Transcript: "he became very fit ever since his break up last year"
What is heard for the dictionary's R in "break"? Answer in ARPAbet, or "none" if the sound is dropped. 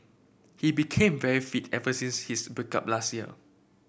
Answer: none